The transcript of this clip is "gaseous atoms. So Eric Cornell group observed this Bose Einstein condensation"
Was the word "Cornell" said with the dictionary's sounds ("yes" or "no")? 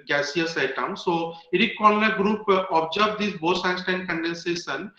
no